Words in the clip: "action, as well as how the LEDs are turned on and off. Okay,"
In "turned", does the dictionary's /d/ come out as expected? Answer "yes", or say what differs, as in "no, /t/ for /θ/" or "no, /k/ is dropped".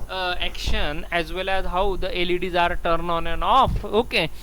no, /d/ is dropped